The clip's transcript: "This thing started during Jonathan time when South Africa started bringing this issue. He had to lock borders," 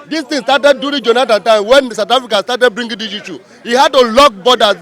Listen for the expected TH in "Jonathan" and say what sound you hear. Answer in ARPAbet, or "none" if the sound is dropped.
T